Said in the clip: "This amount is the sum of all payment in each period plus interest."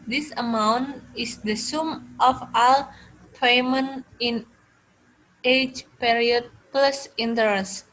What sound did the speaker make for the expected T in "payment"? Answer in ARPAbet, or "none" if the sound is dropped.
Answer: none